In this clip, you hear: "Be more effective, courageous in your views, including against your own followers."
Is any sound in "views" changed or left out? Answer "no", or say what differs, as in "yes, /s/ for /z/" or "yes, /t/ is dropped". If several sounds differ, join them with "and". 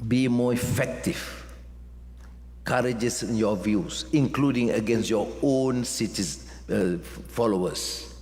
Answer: yes, /s/ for /z/